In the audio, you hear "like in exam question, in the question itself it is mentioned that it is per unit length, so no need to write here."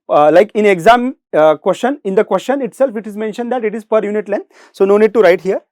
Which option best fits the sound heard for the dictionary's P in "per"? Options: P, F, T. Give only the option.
P